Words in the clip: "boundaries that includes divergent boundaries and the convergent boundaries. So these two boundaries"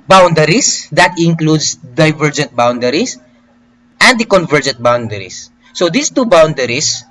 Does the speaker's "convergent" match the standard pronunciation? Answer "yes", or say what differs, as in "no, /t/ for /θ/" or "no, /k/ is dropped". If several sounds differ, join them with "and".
yes